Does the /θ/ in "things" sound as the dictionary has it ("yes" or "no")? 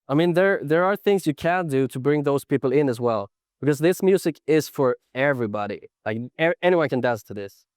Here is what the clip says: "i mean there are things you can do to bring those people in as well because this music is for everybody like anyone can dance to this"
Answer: yes